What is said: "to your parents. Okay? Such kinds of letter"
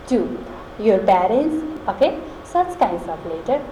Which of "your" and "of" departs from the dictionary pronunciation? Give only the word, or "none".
of